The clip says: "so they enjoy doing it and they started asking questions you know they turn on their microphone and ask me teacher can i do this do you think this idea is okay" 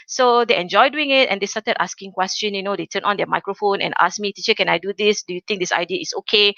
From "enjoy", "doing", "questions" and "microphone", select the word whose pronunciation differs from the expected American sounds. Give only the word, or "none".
questions